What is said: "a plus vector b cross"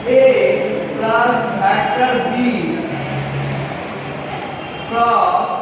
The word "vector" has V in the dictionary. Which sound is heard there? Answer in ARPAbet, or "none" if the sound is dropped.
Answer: B